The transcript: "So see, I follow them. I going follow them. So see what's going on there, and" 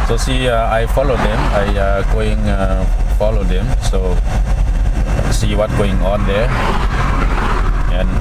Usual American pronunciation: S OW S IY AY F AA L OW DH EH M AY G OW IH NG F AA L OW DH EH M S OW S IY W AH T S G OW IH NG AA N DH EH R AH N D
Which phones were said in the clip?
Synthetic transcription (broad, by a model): S OW S IY AY F AA L OW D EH M AY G OW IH NG F AA L OW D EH M S OW S IY W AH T G OW IH NG AA N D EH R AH N